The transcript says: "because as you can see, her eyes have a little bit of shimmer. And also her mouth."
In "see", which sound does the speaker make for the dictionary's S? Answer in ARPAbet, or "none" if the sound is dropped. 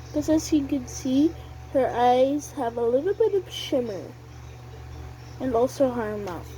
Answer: S